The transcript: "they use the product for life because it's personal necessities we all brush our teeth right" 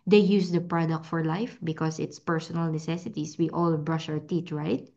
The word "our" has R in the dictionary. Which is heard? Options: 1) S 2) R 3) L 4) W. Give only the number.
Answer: 4